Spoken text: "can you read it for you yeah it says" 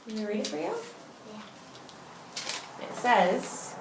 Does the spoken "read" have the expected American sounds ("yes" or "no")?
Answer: yes